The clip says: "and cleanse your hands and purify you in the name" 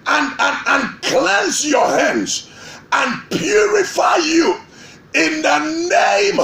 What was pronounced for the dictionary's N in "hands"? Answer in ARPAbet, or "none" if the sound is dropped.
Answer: N